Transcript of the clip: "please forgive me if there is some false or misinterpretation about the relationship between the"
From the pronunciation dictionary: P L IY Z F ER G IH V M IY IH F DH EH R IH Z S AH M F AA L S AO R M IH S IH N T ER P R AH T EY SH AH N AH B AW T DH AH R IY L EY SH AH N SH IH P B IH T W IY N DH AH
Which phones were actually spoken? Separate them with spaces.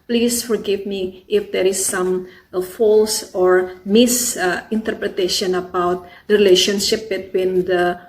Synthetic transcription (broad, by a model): P L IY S F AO G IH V M IY IH F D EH R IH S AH M F AA L S AO R M IH S IH N T ER P R AH T EY SH AH N AH B AW T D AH R IY L EY SH AH N SH IH P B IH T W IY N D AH